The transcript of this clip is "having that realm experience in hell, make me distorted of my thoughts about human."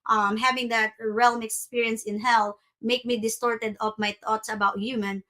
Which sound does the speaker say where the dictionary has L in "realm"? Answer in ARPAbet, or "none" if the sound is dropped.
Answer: L